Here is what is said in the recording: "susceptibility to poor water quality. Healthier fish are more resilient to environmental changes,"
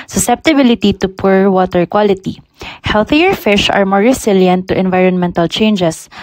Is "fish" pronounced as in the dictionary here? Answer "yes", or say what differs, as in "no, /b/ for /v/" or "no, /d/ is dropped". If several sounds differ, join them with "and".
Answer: yes